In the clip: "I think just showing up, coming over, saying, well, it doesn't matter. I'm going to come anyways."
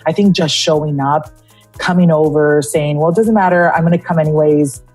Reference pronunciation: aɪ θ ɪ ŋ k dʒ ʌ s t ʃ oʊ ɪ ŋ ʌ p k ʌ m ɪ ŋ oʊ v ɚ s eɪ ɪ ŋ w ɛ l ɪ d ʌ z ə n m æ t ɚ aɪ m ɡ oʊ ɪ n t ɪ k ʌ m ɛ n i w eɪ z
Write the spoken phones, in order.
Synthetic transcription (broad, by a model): aɪ θ ɪ ŋ k dʒ ʌ s t ʃ oʊ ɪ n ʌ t k ʌ m ɪ ŋ oʊ v ɚ s eɪ ɪ ŋ w ɛ l d ʌ z ə n m æ t ɚ aɪ m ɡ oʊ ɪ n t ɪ k ʌ m ɛ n i w eɪ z